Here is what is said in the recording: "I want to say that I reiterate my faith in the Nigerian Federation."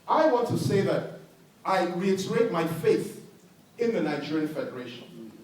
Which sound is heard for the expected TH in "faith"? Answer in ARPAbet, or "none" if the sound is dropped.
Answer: TH